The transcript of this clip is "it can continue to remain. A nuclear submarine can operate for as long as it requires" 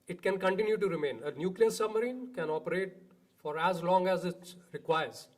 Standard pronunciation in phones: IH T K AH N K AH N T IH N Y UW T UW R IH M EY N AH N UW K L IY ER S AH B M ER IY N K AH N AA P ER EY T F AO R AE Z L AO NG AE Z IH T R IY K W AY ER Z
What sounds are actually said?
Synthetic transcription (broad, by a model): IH T K AH N K AH N T IH N Y UW T UW R IH M EY N AH N UW K L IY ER S AH B M ER IY N K AH N AA P ER EY T F AO R AE Z L AO NG AE Z IH T R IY K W AY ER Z